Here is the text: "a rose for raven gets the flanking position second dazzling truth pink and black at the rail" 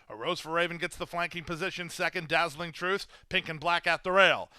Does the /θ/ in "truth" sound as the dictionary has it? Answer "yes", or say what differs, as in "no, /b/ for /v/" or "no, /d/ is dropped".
yes